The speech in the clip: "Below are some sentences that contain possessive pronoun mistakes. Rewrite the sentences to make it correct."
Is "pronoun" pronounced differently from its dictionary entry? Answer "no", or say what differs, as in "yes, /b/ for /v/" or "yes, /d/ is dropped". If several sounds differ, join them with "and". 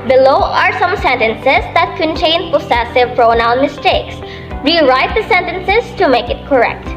no